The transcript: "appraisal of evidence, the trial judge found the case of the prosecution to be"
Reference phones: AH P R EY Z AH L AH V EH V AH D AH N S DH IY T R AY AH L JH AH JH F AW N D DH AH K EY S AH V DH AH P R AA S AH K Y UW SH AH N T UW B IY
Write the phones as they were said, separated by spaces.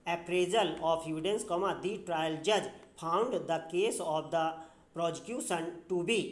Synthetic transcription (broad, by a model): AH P R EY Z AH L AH P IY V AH D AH N S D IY T R AY AH L JH AH JH P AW N D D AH K EY S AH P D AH P R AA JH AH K Y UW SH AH N T UW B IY